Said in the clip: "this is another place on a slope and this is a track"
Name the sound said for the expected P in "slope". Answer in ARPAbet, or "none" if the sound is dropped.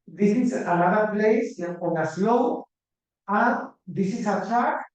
none